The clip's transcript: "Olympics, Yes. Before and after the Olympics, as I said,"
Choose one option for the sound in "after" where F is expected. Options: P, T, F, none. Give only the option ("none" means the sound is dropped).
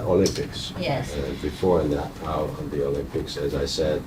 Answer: none